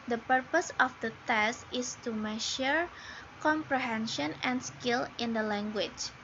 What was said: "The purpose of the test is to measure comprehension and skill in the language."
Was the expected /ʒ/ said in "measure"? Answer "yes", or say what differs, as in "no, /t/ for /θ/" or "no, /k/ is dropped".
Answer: no, /ʃ/ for /ʒ/